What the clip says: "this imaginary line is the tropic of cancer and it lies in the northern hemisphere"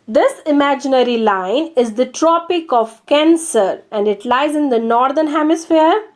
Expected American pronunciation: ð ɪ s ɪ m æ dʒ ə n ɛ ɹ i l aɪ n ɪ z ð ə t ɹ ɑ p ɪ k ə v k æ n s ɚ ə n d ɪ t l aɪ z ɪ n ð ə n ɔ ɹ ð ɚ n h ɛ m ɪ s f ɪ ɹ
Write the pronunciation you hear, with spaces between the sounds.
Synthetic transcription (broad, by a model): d ɪ s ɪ m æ dʒ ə n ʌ ɹ i l aɪ n ɪ z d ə t ɹ ɑ p ɪ k ə v k æ n s ɚ ə n d ɪ t l aɪ z ɪ n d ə n ɔ ɹ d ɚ n h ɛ m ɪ s f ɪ ɹ